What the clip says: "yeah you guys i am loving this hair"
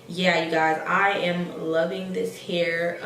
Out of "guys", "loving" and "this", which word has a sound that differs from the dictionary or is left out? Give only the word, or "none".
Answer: none